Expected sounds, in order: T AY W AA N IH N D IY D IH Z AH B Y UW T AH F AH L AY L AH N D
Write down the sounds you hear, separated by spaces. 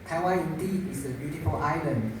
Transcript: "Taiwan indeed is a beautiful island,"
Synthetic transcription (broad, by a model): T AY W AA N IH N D IY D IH S AH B Y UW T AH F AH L AY L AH N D